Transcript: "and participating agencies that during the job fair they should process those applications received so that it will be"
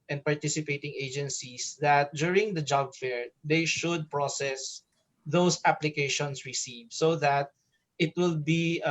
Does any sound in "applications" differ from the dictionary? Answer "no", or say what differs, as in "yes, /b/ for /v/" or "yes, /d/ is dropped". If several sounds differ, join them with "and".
yes, /s/ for /z/